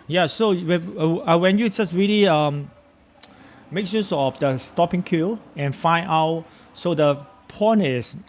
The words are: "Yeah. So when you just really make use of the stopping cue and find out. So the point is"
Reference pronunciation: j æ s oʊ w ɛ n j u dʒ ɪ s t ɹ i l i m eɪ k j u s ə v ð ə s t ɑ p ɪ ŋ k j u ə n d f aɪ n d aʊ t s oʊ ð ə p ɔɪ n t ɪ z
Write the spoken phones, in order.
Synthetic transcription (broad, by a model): j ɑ s oʊ w ɛ n j u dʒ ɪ s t ɹ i l i m eɪ k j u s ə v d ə s t ɑ p ɪ ŋ k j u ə n f aɪ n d aʊ t s oʊ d ə p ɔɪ n ɪ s